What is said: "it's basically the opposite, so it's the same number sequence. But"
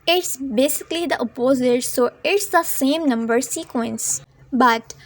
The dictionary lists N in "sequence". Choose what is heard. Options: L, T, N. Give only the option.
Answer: N